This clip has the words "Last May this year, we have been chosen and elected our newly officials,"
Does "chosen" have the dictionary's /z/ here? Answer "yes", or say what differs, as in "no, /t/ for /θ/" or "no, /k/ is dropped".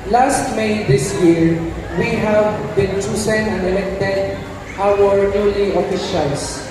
no, /s/ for /z/